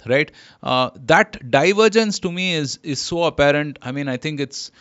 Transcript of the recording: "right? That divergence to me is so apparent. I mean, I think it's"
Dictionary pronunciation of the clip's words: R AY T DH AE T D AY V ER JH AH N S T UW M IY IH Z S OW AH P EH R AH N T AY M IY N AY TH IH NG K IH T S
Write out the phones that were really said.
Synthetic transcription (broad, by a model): R AY T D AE T D AY V ER JH AH N S T UW M IY IH Z S OW AH P EH R AH N T AY M IY N AY T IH NG K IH T S